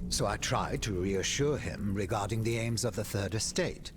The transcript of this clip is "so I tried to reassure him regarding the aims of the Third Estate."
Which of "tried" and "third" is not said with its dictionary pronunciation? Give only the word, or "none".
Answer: none